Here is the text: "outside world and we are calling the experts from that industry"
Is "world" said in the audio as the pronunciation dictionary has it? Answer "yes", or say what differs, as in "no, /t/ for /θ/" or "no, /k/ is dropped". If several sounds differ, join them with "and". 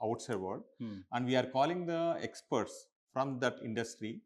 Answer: no, /l/ is dropped